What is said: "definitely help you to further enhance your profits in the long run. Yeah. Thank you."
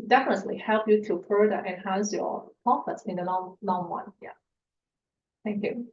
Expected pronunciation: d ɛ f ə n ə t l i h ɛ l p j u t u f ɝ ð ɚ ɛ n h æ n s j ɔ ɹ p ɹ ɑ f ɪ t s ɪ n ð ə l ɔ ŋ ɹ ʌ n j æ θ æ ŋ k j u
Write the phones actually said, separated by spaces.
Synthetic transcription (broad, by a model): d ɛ f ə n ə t l i h ɛ l p j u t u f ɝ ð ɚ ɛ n h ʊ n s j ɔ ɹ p ɑ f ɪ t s ɪ n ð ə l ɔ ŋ w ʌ n j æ θ æ ŋ k j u